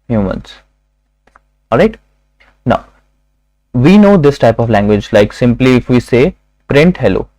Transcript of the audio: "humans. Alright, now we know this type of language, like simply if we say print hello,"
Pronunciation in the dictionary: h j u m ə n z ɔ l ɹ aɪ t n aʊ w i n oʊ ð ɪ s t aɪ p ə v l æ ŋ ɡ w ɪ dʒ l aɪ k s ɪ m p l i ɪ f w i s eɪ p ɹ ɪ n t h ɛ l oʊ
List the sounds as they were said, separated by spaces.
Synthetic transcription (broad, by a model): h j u m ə n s ɔ l ɹ aɪ t n aʊ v i n oʊ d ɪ s t aɪ p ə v l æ ŋ ɡ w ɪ dʒ l aɪ k s ɪ m p l i ɪ f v i s eɪ p ɹ ɪ n t h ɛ l oʊ